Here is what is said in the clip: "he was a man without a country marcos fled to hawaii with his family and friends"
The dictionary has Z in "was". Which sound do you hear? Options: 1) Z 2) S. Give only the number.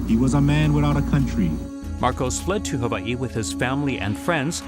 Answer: 1